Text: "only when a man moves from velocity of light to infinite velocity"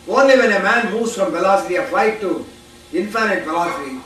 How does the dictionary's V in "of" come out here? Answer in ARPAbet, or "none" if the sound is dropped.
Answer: P